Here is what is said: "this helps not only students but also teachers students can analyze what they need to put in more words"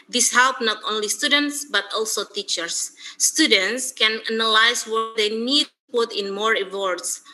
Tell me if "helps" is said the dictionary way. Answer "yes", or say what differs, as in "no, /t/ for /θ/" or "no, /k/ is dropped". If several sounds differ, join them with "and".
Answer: no, /s/ is dropped